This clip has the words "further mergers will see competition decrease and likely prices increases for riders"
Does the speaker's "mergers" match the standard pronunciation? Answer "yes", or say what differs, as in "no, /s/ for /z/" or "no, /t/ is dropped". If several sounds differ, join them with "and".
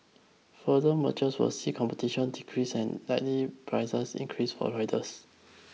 no, /tʃ/ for /dʒ/ and /s/ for /z/